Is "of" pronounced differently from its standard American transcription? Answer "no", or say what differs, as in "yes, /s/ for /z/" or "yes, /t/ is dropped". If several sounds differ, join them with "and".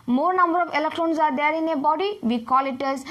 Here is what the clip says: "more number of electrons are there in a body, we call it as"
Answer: yes, /p/ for /v/